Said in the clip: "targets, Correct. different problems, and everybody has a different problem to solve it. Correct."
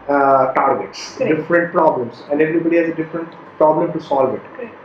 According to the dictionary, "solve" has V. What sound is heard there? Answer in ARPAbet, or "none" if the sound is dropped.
V